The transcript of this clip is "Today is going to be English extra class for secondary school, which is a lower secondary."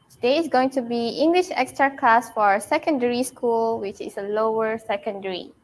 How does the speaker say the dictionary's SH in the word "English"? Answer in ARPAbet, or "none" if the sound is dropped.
SH